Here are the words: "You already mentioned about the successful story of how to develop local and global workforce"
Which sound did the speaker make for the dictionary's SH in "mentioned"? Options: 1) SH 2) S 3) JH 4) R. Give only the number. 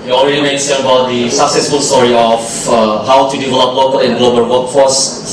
2